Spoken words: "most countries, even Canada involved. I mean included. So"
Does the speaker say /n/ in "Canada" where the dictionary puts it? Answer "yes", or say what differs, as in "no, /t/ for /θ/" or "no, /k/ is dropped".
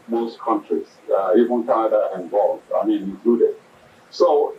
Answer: no, /n/ is dropped